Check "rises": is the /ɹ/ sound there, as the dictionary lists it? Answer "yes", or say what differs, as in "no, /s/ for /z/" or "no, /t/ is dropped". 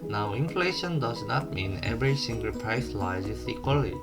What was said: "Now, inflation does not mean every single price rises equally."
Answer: no, /l/ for /ɹ/